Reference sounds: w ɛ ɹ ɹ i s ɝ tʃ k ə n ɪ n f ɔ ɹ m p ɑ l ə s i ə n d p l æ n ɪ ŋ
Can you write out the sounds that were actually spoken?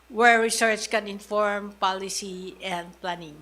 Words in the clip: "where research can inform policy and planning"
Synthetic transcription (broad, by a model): w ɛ ɹ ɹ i s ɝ s k ə n ɪ n f ɔ ɹ m p ɑ l ə s i ə n d p l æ n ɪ ŋ